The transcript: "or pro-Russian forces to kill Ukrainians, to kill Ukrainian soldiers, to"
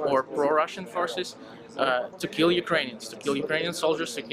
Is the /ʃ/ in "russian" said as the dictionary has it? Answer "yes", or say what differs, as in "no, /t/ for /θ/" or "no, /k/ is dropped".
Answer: yes